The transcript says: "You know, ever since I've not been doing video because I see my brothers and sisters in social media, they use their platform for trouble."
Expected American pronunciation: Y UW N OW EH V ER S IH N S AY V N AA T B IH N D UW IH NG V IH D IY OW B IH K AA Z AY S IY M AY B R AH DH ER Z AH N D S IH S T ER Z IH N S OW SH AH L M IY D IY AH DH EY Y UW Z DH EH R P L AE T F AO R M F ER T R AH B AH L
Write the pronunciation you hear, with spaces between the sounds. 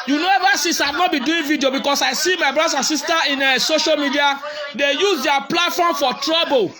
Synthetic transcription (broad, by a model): Y UW N OW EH V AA S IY S AY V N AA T B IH D UW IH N V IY D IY OW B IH K AA S AY S IY M AY B R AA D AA S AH N S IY S T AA IH N S OW SH AH L M IY D IY AH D EY Y UW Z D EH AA P L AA T F AO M F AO T R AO B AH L